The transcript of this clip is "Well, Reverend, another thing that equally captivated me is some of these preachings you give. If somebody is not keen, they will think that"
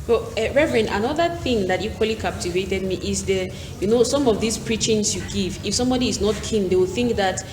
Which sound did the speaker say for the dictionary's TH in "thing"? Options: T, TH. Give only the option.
TH